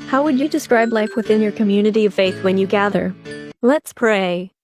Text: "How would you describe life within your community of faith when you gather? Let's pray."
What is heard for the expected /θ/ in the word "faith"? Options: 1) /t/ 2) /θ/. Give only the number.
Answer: 2